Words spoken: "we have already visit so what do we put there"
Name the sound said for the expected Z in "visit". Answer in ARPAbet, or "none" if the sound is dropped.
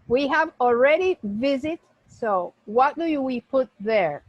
Z